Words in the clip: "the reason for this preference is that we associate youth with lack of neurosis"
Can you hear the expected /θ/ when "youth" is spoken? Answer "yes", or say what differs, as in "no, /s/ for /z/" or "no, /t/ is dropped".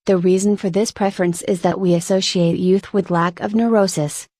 yes